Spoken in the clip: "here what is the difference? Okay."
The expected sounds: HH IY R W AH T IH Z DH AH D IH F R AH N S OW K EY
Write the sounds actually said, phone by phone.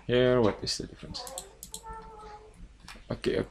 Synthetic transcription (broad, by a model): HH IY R W AH T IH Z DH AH D IH F R AH N S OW K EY